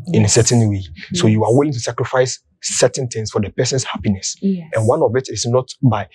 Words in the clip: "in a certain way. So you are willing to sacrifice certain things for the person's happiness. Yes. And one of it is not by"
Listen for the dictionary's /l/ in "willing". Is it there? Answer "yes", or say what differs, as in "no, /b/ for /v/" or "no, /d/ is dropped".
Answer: yes